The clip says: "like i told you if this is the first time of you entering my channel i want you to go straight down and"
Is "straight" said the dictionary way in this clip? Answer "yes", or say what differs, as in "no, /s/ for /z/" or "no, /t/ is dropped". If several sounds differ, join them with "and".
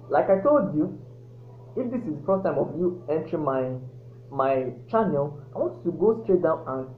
yes